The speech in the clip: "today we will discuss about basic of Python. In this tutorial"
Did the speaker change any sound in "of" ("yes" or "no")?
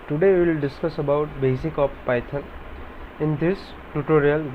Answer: yes